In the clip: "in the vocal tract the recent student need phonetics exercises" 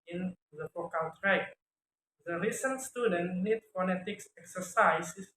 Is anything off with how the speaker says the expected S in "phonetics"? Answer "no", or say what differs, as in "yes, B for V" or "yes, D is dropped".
no